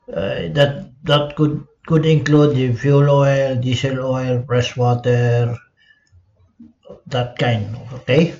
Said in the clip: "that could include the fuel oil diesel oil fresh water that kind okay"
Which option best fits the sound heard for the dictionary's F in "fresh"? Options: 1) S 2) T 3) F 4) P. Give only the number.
4